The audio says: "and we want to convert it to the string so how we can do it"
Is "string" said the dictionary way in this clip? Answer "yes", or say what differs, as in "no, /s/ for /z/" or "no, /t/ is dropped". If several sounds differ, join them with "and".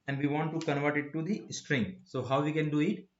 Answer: yes